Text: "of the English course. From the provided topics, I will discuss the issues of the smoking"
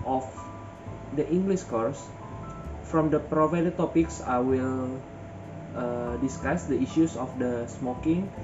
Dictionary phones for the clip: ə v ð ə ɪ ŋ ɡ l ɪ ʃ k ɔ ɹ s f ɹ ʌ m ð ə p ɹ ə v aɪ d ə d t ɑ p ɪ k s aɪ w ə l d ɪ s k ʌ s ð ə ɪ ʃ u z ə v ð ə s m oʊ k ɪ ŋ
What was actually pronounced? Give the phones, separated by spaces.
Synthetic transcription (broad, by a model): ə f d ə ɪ ŋ ɡ l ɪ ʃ k ɔ ɹ s f ɹ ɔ m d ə p ɹ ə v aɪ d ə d t ɑ p ɪ k s aɪ w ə l d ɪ s k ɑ s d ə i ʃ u s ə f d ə s m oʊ k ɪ ŋ